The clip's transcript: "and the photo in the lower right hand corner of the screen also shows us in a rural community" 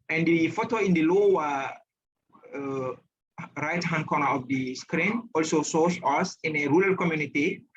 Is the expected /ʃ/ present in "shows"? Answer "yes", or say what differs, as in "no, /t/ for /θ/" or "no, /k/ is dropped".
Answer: no, /s/ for /ʃ/